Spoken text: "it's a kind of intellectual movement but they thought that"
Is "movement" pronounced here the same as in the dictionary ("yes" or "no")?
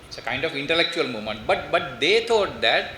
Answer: no